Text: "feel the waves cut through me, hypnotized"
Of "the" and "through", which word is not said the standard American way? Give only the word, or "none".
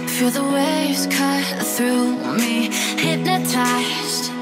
none